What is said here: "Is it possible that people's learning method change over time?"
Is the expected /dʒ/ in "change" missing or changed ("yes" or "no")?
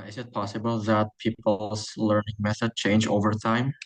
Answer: no